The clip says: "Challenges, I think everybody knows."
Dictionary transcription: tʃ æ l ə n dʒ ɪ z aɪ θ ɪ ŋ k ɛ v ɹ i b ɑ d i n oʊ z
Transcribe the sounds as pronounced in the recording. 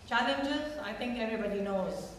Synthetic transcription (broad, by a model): tʃ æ l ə n dʒ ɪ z aɪ t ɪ ŋ k ɛ v ɹ i b ɑ d i n oʊ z